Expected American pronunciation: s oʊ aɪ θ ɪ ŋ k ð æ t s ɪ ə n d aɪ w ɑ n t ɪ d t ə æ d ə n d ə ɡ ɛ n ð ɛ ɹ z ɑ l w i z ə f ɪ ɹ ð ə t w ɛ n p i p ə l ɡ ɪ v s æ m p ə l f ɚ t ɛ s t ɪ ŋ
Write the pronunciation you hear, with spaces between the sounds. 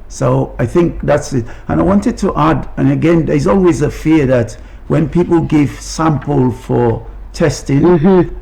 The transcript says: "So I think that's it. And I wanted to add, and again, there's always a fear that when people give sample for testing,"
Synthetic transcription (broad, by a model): s oʊ aɪ θ ɪ ŋ k ð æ t s ɪ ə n aɪ w ɑ n t ɪ d t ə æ d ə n ə ɡ ɛ n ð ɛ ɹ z ɑ l w i z ə f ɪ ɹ ð ə t w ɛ n p i p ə l ɡ ɪ v s æ m p ə l f ɚ t ɛ s t ɪ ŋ